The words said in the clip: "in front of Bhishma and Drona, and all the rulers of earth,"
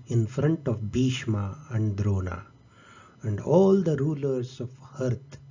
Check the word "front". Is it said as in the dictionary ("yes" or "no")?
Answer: yes